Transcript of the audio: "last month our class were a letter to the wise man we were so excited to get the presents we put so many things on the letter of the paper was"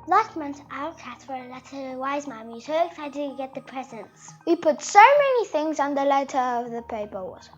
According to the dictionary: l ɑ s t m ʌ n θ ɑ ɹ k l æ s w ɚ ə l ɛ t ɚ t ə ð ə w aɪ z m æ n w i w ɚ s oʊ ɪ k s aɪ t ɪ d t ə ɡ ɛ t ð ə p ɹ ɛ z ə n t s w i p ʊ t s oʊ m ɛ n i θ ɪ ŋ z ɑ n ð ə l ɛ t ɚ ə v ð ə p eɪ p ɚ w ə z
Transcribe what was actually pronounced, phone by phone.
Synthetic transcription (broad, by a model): l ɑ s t m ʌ n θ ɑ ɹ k æ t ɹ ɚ ə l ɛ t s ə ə w aɪ z m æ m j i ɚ s oʊ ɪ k s aɪ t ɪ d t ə ɡ ɛ t ð ə p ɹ ɛ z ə n s w i p ʊ t s oʊ m ɛ n i θ ɪ ŋ z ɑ n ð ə l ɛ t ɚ ə v ð ə p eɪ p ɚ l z